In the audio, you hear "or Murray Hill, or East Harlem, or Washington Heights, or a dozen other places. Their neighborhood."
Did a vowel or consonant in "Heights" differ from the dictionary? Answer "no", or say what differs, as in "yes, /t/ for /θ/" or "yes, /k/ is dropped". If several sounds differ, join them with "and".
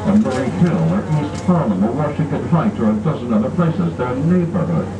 yes, /s/ is dropped